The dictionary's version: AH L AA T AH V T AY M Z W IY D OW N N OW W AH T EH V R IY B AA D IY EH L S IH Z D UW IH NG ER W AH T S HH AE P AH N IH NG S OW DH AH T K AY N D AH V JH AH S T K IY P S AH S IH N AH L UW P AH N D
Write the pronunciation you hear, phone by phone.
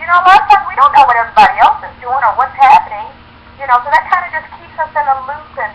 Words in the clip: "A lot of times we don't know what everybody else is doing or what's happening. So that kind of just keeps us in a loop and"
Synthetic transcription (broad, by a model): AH L AA T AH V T AY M W IY D OW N N OW W AH T EH V R IY B AA D IY EH L S IH Z D UW IH NG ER W AH T S HH AE P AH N IH NG S OW DH AH T K AY N D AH JH AH S K IY P S AH S IH N AH L UW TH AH N